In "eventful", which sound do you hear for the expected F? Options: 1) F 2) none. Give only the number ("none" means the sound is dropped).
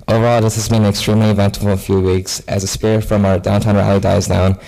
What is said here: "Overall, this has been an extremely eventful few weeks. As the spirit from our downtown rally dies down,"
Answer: 2